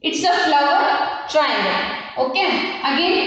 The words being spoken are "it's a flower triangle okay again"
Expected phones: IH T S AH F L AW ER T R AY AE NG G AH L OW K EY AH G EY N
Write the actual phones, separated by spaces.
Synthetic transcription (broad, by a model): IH T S AH F L AW ER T R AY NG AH N OW K EY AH G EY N